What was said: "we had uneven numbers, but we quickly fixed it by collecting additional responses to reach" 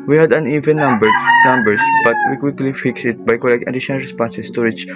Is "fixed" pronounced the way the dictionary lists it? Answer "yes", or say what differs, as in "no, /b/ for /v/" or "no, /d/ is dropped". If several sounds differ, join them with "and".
no, /t/ is dropped